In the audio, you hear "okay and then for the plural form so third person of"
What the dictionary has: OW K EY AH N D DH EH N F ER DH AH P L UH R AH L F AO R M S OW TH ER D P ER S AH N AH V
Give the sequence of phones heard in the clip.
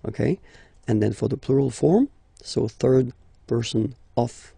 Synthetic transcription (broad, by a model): OW K EY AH N DH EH N F ER DH AH P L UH R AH L F AO R M S OW TH ER D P ER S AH N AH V